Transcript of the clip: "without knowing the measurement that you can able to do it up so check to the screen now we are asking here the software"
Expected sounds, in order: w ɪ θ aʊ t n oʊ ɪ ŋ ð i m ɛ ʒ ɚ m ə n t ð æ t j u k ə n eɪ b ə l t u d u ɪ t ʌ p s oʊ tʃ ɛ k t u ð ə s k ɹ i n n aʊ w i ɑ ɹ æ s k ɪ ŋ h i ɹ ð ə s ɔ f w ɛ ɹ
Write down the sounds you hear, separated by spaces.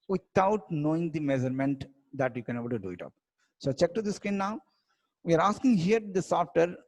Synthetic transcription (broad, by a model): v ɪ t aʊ t n oʊ ɪ ŋ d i m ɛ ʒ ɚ m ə n t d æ t j u k ə n eɪ b ə l t u d u ɪ t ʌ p s oʊ tʃ ɛ k t u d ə s k i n n aʊ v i ɑ ɹ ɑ s k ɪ ŋ h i ɹ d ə s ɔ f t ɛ ɹ